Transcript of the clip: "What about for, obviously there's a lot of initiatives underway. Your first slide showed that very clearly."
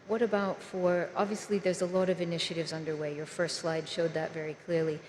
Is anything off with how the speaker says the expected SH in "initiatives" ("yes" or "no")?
no